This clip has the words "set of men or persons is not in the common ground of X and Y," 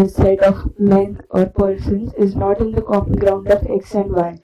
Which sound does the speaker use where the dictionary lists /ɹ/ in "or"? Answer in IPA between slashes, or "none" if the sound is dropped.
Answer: /ɹ/